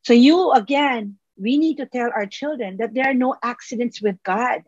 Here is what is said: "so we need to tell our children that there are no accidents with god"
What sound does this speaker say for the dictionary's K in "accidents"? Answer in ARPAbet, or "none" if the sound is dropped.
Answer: K